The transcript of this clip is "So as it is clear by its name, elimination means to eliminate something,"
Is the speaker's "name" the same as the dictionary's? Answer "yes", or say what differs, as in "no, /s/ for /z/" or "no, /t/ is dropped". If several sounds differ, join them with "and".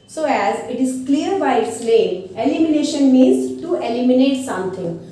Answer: no, /l/ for /n/ and /m/ is dropped